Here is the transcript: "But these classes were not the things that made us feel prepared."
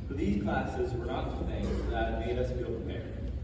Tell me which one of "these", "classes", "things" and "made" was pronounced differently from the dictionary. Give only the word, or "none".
none